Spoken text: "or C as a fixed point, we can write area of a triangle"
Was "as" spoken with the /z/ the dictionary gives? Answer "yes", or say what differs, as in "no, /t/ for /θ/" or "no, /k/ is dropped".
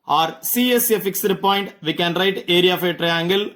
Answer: no, /s/ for /z/